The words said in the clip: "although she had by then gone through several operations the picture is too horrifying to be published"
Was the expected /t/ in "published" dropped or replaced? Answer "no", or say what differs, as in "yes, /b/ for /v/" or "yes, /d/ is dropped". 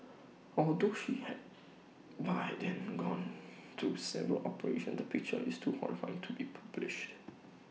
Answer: no